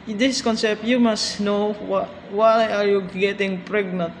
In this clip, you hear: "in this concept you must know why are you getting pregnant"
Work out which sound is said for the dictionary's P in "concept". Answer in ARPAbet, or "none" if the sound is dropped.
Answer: P